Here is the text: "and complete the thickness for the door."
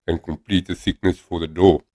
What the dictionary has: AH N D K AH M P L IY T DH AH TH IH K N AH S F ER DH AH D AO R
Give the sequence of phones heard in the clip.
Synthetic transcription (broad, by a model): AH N K AH M P L IY T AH S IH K N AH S F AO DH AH D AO